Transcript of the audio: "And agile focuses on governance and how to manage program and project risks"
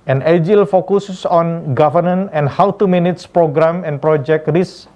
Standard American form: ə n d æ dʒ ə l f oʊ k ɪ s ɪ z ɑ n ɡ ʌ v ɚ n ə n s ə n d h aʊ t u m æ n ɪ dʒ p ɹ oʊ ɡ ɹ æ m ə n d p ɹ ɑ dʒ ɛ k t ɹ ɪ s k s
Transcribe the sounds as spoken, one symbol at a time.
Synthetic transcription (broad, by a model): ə n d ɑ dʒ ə l f oʊ k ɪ s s ɑ n ɡ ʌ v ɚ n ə n ə n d h aʊ t u m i n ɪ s p ɹ oʊ ɡ ɹ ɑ m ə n p ɹ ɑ dʒ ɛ k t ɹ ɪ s s